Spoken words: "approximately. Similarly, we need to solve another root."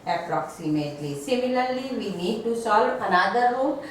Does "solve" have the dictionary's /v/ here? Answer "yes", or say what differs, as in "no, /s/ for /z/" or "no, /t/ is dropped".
no, /v/ is dropped